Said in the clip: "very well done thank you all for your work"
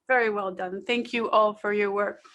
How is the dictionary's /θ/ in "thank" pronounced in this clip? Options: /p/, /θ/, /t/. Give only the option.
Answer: /θ/